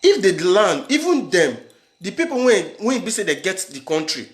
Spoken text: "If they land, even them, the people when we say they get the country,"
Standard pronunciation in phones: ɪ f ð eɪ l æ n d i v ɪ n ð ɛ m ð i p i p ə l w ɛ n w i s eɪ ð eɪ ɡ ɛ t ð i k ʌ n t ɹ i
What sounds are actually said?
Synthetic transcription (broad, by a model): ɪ f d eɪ l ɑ n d i v ɪ n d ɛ m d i p i p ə w w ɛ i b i s eɪ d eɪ ɡ ɛ t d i k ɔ n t ɹ i